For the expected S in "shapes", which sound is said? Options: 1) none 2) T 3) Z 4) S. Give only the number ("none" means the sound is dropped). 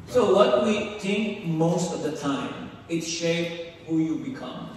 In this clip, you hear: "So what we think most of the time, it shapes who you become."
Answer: 1